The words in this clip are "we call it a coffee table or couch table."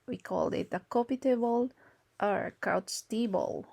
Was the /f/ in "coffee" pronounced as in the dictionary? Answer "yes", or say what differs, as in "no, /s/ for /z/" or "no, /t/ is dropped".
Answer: no, /p/ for /f/